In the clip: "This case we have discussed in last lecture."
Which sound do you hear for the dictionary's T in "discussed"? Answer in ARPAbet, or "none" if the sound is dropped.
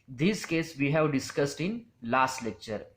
T